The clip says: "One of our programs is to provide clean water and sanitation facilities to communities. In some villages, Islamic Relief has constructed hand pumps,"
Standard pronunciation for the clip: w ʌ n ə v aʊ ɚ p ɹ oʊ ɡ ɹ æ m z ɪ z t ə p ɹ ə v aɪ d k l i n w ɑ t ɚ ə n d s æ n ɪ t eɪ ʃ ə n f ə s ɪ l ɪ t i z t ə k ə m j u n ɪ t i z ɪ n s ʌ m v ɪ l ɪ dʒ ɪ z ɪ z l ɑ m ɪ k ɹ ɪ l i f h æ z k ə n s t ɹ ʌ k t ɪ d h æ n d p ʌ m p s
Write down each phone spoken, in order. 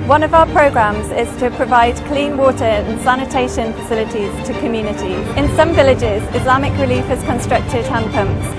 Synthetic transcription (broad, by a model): w ʌ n ə v aʊ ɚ p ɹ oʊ ɡ ɹ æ m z ɪ z t ə p ɹ ə v aɪ d k l i n w ɑ t ɚ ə n s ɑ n ɪ t eɪ ʃ ə n f ə s ɪ l ɪ t i z t ə k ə m j u n ɪ t i ɪ n s ʌ m v ɪ l ɪ dʒ ɪ z ɪ z l ɑ m ɪ k ɹ ɪ l i f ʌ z k ə n s t ɹ ʌ k t ɪ d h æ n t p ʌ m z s